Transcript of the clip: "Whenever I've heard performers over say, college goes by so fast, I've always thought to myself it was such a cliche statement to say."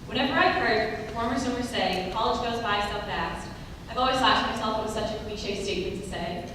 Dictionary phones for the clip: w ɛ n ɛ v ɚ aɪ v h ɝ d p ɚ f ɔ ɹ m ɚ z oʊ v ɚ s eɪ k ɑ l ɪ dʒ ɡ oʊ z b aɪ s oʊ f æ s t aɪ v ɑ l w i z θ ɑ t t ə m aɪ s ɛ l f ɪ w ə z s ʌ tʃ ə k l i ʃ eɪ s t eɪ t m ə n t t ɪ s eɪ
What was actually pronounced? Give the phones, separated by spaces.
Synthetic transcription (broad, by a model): w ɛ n ɛ v ɚ aɪ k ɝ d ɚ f ɔ ɹ m ɚ s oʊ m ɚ s eɪ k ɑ l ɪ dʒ ɡ oʊ z b aɪ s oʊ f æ s t aɪ v ɑ l w i z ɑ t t m aɪ s ɛ l f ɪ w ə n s ʌ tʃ ə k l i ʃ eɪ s t eɪ t m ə n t t ɪ s eɪ